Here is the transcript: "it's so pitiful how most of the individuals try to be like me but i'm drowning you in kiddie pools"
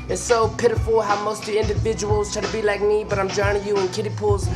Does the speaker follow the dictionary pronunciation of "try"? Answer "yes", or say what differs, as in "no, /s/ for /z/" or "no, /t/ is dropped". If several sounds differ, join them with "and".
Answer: no, /ɹ/ is dropped